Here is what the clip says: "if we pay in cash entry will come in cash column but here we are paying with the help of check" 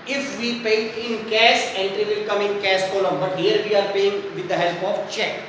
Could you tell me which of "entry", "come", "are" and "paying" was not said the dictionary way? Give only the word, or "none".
none